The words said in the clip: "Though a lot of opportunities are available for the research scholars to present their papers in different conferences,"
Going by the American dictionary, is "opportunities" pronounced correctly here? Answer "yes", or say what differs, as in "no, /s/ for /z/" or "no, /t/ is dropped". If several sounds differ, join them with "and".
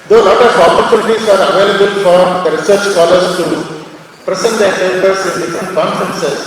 no, /l/ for /n/